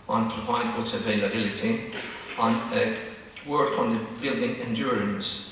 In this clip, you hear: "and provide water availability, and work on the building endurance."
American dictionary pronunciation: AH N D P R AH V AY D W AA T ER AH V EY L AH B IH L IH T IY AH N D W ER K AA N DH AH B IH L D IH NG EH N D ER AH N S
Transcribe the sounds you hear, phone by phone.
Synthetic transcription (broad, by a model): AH N P R AH V AY D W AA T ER AH V EY L AH B IH L IH T IY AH N W ER K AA N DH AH B IH L D IH NG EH N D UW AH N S